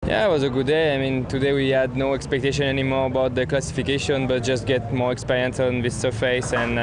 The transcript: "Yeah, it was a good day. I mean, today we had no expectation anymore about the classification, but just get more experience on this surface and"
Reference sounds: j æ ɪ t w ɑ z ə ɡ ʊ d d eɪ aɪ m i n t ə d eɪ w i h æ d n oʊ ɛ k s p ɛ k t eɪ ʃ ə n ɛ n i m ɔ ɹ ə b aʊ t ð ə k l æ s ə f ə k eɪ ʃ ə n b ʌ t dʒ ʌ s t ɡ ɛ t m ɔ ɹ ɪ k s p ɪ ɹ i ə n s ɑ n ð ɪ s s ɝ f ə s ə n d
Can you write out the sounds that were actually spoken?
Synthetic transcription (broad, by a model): j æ ɪ t w ɑ z ə ɡ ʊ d d eɪ aɪ m i n t ə d eɪ w i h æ d n oʊ ɛ k s p ɛ k t eɪ ʃ ə n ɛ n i m ɔ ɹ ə b aʊ t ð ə k l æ s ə f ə k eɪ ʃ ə n b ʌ t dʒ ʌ s t ɡ ɛ t m ɔ ɹ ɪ k s p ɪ ɹ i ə n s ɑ n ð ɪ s s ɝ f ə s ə n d